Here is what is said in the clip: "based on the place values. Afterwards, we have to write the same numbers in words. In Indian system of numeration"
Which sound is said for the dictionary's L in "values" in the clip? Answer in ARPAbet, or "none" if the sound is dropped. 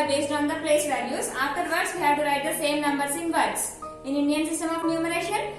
N